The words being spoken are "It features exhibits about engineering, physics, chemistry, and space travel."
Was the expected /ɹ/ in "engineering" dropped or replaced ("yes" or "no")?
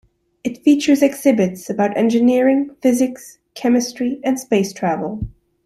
no